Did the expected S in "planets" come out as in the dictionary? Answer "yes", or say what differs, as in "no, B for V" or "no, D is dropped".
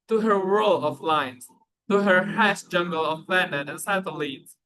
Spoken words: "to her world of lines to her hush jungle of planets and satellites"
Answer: no, S is dropped